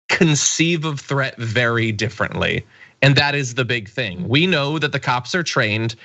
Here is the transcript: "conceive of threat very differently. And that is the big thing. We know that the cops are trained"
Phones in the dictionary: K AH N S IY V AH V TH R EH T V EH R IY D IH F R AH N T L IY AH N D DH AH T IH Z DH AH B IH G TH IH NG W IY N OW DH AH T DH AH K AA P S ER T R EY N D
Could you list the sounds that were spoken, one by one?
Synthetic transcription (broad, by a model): K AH N S IY V AH V TH R EH T V EH R IY D IH F R AH N T L IY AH N DH AH T IH Z DH AH B IH G TH IH NG W IY N OW DH AH T DH AH K AA P S ER T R EY N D